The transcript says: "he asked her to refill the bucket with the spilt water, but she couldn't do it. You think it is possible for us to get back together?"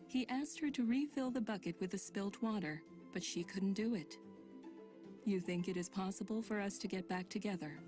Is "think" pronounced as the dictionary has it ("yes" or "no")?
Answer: yes